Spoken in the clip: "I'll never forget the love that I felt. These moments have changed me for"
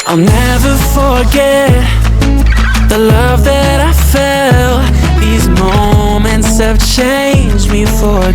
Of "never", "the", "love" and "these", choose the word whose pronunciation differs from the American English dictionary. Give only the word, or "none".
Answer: none